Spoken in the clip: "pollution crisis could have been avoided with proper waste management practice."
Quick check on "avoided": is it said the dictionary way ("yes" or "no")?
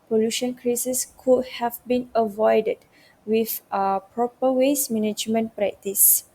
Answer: yes